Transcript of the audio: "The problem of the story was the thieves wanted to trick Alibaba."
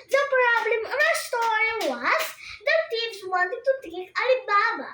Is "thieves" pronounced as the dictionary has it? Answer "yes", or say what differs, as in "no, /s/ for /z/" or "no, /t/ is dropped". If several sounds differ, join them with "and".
no, /t/ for /θ/